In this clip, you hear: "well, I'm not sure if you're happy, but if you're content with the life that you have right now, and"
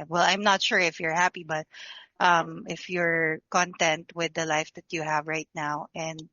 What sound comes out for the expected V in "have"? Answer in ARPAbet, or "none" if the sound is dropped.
V